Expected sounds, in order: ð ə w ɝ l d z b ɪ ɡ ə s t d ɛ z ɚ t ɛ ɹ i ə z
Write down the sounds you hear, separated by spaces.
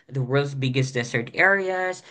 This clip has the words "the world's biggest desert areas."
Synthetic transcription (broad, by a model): ð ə w ɝ l d z b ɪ ɡ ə s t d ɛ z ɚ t ɛ ɹ i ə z